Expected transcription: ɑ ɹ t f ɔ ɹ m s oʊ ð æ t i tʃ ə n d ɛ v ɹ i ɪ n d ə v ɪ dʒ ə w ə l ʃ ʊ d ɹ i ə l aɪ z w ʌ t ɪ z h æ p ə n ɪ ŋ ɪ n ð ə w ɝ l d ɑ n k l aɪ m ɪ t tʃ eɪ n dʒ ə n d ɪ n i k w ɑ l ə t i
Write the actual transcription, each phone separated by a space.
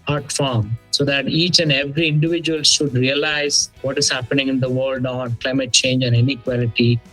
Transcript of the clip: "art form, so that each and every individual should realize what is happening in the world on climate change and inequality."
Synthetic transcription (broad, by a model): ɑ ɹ t f ɔ ɹ m s oʊ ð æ t i tʃ ə n d ɛ v ɹ i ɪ n d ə v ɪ dʒ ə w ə l ʃ ʊ d ɹ i ə l aɪ z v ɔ t ɪ z h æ p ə n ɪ ŋ ɪ n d ə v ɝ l d ɑ n k l aɪ m ɪ t tʃ eɪ n dʒ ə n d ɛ n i k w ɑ l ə t i